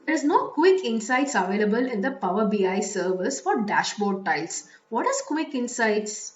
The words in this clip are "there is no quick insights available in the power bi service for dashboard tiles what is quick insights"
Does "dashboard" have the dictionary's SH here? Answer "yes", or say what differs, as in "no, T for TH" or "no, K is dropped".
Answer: yes